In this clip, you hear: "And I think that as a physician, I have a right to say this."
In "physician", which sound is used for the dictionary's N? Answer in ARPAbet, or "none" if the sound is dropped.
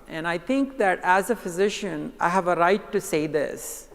N